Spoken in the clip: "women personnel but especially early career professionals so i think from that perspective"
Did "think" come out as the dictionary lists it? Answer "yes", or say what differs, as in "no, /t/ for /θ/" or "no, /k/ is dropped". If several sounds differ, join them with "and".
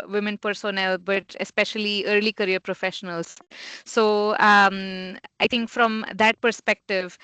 no, /t/ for /θ/